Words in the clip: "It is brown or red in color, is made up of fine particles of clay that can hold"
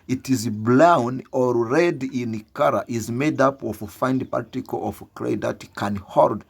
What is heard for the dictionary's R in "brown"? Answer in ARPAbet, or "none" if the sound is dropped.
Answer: L